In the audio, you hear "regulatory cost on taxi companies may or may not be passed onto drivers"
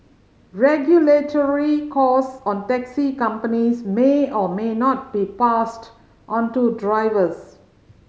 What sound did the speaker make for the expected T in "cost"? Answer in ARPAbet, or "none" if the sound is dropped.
none